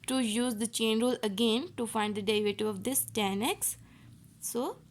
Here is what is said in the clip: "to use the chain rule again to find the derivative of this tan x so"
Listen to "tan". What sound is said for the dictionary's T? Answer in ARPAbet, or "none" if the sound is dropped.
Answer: T